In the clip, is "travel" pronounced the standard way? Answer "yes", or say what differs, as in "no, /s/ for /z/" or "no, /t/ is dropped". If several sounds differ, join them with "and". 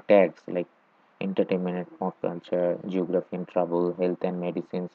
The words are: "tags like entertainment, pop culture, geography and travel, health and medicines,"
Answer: no, /b/ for /v/